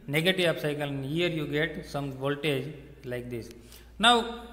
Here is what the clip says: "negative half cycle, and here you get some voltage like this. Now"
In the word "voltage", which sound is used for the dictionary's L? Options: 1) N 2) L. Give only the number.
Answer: 2